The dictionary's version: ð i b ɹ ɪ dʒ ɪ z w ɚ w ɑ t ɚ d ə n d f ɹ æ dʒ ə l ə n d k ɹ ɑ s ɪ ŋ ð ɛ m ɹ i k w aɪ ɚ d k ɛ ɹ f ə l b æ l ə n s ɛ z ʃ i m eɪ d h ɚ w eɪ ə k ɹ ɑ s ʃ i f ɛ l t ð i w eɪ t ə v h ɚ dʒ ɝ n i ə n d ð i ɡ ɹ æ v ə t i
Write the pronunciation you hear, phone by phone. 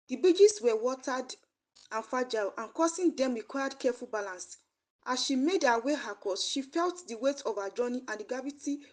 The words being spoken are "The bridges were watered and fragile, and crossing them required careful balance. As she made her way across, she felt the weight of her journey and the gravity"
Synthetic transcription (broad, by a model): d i b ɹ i dʒ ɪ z w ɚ w ɑ t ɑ d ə n f ɑ dʒ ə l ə n k ɑ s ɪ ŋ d ɛ m ɹ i k w aɪ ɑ d k ɛ f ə l b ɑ l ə n s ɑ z ʃ i m eɪ d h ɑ w eɪ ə k ɑ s ʃ i f ɛ l t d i w eɪ t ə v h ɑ dʒ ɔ n i ə n d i ɡ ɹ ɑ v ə t i